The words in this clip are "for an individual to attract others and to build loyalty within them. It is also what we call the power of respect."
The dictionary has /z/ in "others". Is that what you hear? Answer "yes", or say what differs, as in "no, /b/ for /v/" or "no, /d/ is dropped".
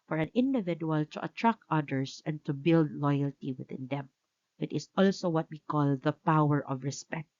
no, /s/ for /z/